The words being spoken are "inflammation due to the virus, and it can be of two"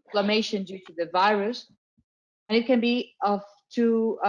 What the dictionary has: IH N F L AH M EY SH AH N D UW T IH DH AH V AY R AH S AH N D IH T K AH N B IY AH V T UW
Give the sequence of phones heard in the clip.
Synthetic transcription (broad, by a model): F L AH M EY SH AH N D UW T IH DH AH V AY R AH S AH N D IH T K AH N B IY AH V T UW